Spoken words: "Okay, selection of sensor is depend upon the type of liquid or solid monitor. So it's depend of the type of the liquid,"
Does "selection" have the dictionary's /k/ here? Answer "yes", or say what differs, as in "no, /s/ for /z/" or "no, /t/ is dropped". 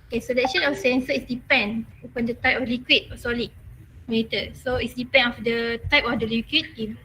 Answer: no, /k/ is dropped